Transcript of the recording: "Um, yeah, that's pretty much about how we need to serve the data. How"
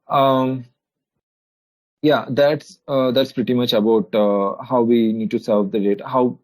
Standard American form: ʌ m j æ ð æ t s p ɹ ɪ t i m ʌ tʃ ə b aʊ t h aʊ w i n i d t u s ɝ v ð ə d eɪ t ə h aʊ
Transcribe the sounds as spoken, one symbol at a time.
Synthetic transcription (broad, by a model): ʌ m j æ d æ t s p ɹ ɪ t i m ʌ tʃ ə b aʊ t h aʊ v i n i d t u s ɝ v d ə d eɪ t ə h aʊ